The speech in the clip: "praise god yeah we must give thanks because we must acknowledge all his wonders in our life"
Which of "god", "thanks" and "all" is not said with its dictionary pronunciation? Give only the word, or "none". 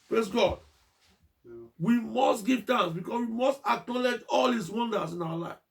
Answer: thanks